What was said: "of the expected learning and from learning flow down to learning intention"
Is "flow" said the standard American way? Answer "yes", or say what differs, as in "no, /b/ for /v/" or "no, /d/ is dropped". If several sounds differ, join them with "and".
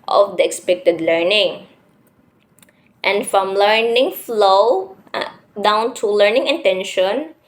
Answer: yes